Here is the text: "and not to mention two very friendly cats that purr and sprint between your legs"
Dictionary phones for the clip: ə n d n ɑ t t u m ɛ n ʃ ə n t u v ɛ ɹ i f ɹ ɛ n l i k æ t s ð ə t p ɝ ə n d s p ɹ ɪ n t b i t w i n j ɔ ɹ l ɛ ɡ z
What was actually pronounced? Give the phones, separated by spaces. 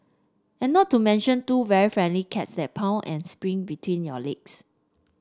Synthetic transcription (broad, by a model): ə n n ɑ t t u m ɛ n ʃ ə n t u v ɛ ɹ i f ɹ ɛ n l i k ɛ t s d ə t p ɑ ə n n s p ɹ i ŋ b i t w i n j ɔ l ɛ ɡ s